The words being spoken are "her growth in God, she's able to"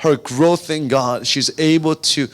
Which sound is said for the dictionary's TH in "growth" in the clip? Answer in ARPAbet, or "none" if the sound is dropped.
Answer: TH